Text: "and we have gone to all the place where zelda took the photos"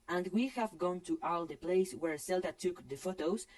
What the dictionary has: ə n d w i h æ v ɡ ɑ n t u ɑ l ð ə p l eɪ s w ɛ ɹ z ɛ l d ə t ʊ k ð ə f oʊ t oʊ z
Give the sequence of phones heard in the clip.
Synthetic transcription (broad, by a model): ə n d w i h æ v ɡ ɑ n t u ɑ l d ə p l eɪ s w ɛ ɹ s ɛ l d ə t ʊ k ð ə f oʊ t oʊ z